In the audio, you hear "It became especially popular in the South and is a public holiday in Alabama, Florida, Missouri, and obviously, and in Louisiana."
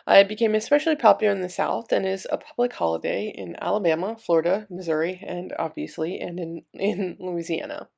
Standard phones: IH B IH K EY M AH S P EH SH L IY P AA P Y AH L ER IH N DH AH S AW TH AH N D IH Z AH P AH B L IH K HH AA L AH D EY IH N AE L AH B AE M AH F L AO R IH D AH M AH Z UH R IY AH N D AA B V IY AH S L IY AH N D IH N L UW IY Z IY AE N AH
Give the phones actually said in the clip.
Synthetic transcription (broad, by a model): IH B IH K EY M AH S P EH SH L IY P AA P Y L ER IH N DH AH S AW TH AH N IH Z AH P AH B L IH K HH AA L AH D EY IH N AE L AH B AE M AH F L AO R IH D AH M AH Z UH R IY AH N AA B V IY AH S L IY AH N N IH N L UW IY Z IY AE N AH